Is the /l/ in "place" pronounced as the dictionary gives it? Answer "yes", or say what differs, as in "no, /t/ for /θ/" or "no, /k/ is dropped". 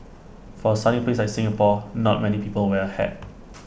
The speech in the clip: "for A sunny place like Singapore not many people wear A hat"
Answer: no, /l/ is dropped